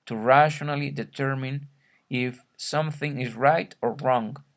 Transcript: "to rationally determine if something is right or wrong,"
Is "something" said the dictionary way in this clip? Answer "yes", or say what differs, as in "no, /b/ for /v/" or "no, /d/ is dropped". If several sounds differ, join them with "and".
yes